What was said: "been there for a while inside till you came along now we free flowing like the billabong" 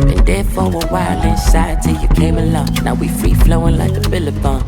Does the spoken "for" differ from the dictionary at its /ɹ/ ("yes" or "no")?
yes